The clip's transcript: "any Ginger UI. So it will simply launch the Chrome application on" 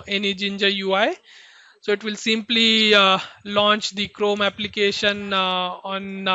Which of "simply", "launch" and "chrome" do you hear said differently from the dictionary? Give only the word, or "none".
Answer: none